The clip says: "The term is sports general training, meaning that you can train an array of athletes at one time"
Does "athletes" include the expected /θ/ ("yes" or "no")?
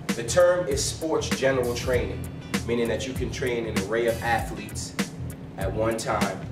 yes